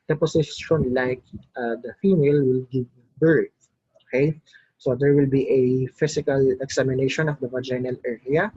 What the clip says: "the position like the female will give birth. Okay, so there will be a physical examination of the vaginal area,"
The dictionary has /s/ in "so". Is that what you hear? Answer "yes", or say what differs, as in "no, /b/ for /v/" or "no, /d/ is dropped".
yes